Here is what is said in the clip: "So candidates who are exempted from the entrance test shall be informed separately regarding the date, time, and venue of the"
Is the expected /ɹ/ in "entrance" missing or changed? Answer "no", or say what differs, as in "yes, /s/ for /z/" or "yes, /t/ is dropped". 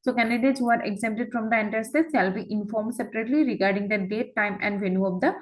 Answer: yes, /ɹ/ is dropped